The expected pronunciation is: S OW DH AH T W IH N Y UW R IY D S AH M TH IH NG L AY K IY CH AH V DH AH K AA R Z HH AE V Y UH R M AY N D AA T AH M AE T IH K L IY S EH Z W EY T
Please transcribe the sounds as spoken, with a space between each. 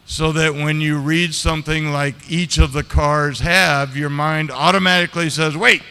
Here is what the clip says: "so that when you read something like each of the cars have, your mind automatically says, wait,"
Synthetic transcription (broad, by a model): S OW DH AH T W IH N Y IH R IY D S AH M TH IH NG L AY K IY CH AH V DH AH K AA R Z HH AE V Y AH R M AY N D AA T AH M AE T IH K L IY S EH Z W EY T